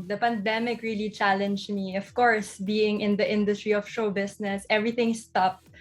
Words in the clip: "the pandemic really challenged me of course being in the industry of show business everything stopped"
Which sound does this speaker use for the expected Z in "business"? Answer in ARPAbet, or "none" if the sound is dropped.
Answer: S